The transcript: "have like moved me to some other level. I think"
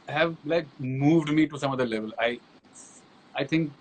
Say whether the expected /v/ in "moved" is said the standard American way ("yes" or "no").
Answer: yes